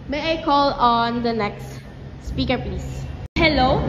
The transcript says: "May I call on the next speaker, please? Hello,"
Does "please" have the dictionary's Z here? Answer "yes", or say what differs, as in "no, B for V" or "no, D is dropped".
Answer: no, S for Z